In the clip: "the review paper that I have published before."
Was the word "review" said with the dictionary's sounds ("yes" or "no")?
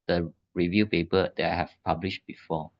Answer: yes